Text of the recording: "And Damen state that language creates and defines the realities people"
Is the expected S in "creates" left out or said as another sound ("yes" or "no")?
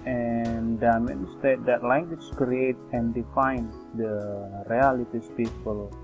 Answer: yes